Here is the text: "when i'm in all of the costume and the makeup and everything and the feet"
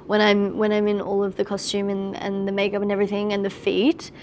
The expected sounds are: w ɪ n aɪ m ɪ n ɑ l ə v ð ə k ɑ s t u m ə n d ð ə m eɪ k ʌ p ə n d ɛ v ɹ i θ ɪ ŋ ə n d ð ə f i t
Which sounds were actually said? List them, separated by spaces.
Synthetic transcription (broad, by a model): w ɪ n aɪ m ɪ n ɑ l ə v ð ə k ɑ s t u m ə n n ð ə m eɪ k ʌ p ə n ɛ v ɹ i θ ɪ ŋ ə n ð ə f i t